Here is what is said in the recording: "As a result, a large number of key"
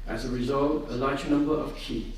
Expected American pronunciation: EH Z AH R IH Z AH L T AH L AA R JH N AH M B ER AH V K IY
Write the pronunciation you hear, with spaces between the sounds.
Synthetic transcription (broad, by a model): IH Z AH R IH Z AH L T AH L AA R JH N AH M B ER AH V K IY